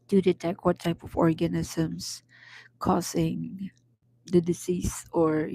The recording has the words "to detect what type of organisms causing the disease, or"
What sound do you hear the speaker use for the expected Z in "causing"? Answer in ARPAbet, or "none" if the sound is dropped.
S